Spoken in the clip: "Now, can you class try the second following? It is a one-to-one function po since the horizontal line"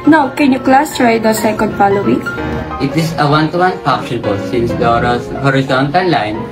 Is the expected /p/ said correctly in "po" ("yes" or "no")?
no